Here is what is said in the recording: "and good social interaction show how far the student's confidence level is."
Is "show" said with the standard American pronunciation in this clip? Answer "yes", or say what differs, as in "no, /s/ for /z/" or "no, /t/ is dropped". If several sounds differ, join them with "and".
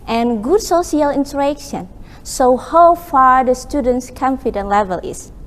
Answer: no, /s/ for /ʃ/